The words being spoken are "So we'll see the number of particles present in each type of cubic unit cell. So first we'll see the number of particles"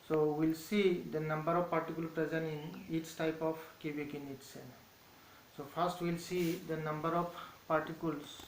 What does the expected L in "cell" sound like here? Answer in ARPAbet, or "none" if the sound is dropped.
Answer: N